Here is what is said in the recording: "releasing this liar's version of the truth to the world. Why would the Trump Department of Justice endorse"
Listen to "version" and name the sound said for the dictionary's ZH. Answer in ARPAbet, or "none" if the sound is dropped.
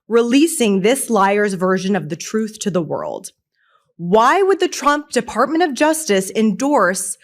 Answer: ZH